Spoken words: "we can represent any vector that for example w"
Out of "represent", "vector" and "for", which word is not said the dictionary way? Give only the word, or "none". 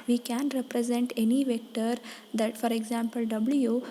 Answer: none